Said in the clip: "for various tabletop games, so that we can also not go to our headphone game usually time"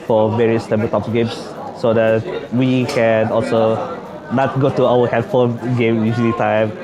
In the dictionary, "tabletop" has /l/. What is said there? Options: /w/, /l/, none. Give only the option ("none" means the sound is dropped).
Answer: none